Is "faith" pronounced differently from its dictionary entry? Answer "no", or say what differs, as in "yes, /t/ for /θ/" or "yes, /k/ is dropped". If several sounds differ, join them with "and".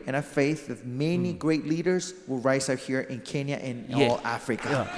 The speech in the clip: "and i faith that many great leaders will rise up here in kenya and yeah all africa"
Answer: no